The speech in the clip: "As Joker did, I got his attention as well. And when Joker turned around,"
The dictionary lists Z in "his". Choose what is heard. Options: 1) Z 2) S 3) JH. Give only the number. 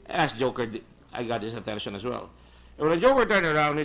2